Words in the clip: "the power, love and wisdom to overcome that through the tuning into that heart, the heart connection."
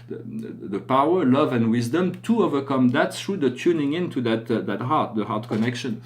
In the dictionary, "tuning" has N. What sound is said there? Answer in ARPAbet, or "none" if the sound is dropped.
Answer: N